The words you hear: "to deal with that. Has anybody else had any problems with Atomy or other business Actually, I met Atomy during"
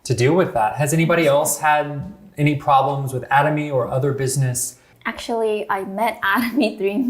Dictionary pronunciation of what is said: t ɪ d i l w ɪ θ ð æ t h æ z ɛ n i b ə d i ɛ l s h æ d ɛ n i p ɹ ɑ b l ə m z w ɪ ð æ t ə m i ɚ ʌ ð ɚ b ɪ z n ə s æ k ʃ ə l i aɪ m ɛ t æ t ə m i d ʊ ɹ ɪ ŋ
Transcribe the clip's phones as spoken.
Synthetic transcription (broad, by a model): t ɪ d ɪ w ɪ ð æ t h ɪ z ɛ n i b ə d i ɛ l s h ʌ d ɛ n i p ɹ ɑ b l ə m z w ɪ ð æ t ə m i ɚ ʌ ð ɚ b ɪ z n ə s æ k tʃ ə l i aɪ m ɛ t æ t ə m i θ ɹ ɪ